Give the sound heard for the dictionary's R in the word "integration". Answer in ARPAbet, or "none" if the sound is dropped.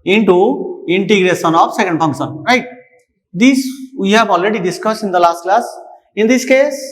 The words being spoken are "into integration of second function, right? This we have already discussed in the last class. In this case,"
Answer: R